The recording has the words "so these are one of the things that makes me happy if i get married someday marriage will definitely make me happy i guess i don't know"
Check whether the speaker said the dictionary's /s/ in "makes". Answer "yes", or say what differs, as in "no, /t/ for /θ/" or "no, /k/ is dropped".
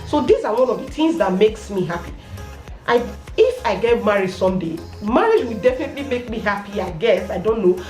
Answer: yes